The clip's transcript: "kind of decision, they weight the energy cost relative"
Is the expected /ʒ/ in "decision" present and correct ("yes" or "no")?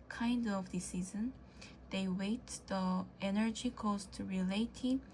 no